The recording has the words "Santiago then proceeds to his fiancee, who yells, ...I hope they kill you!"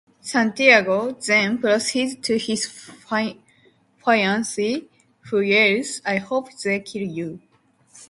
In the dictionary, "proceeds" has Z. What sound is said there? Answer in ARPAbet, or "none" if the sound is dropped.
none